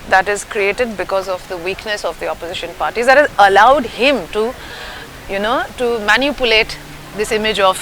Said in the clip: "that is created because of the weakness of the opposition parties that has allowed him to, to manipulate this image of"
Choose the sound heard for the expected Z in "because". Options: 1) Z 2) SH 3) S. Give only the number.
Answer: 1